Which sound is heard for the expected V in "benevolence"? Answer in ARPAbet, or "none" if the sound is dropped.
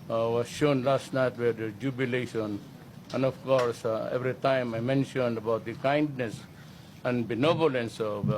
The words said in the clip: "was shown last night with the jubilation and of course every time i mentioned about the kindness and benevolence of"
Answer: B